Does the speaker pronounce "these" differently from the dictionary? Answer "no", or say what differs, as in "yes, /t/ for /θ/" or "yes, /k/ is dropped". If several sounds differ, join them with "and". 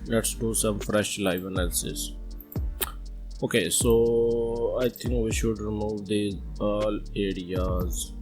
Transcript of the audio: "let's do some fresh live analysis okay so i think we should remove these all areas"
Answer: yes, /z/ is dropped